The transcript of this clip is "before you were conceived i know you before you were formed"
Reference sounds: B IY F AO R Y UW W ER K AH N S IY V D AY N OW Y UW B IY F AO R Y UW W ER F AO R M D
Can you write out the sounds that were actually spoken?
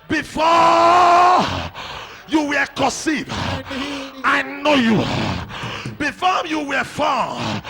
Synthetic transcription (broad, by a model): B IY F AO Y UW W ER K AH S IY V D AY N OW Y UW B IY F AO Y UW W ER F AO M